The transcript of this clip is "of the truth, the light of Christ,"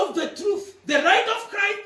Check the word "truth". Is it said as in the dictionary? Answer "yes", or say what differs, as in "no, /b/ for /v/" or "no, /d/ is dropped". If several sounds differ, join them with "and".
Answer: yes